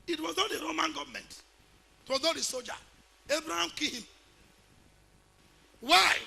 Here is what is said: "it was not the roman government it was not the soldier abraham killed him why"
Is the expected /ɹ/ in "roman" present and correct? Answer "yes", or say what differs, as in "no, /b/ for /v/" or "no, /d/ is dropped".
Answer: yes